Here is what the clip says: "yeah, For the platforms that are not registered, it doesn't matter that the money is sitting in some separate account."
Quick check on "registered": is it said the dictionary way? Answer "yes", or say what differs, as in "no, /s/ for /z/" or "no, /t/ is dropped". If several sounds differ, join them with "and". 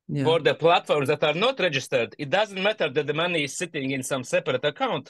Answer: yes